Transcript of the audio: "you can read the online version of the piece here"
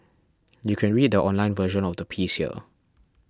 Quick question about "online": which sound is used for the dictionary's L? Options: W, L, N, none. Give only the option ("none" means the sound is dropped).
L